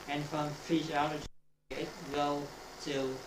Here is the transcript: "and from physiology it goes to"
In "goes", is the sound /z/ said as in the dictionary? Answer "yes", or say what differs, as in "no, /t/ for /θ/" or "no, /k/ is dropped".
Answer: no, /z/ is dropped